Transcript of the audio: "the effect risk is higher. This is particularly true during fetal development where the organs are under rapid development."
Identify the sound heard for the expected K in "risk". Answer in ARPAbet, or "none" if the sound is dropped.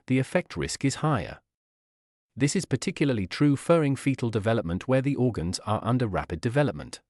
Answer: K